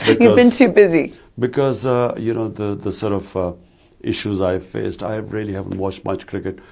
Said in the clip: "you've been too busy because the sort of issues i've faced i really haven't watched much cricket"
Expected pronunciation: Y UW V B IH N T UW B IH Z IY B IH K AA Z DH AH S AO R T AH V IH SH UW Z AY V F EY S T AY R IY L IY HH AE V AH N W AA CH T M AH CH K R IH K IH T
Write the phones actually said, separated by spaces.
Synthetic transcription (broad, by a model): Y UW B IH N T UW B IH Z IY B IH K AA Z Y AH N AO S T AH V IH SH UW Z AY V F EY S T AY R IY L IY HH AE V AH N W AA CH T M AH CH K R IH K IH T